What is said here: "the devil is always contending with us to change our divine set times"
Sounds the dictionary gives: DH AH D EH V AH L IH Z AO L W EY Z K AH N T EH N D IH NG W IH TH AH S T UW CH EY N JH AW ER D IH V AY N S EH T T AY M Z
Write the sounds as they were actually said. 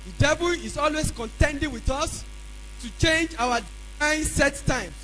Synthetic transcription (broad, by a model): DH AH D EH V AH L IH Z AO L W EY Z K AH N T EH N D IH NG W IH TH AH S T UW CH EY N JH AW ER D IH IH N S EH T T AY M